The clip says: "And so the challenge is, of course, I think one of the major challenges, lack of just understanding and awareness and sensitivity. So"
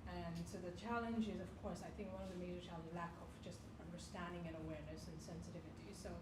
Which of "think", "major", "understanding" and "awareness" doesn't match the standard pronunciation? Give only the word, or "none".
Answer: none